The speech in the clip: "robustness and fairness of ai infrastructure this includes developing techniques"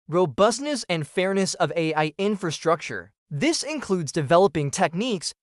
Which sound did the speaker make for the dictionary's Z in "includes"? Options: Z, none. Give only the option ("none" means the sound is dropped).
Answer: Z